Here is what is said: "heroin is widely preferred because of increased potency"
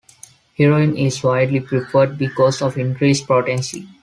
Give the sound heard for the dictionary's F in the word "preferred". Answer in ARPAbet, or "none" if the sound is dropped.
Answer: P